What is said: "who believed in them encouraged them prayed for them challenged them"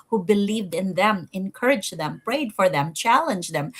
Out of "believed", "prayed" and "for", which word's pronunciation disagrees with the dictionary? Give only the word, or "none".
none